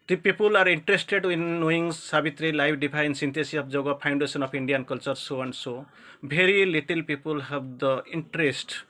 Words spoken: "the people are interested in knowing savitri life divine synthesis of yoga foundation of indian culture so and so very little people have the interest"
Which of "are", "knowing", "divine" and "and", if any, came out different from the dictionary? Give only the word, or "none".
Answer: divine